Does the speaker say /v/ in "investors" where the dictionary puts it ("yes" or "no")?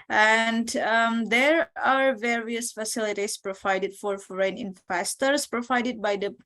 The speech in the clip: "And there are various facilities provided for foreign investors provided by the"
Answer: no